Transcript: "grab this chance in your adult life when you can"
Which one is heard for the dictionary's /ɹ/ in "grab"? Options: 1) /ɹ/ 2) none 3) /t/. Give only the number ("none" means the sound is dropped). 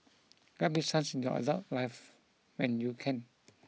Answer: 2